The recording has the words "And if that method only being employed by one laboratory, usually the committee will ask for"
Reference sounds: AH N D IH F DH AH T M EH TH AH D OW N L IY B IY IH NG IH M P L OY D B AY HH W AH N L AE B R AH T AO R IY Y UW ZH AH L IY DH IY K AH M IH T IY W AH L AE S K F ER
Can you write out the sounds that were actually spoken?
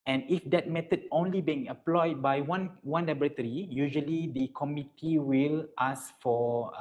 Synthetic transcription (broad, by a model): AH N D IH F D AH T M EH T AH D OW N L IY B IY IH NG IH P L OY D B AY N W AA N L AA B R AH T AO R IY Y UW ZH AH L IY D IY K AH M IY T IY W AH L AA S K F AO